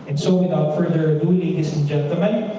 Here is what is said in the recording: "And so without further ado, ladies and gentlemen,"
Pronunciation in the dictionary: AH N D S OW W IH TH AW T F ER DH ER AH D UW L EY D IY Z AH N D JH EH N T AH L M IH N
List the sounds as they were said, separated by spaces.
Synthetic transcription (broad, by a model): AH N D S OW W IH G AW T F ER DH ER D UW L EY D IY S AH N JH EH N T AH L M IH N